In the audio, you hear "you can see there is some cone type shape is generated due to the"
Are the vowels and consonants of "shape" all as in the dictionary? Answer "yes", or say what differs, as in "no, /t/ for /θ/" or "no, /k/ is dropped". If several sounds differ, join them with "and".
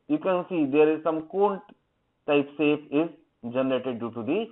no, /s/ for /ʃ/